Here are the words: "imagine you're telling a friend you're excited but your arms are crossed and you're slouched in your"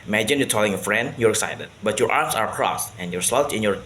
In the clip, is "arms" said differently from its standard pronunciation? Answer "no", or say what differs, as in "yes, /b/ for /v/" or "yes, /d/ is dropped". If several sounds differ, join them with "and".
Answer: yes, /s/ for /z/